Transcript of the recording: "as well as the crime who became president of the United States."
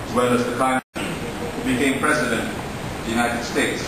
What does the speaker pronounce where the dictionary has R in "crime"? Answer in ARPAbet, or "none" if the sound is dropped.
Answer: none